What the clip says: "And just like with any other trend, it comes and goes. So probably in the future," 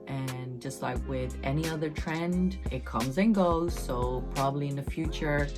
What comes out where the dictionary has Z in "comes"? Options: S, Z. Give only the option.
Z